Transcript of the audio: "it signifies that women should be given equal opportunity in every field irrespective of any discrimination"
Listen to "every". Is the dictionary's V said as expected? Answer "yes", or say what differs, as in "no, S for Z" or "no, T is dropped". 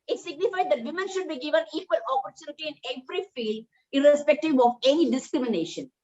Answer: no, P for V